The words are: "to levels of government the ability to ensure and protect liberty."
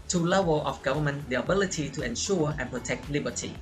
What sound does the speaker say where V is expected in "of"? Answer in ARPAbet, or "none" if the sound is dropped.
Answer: F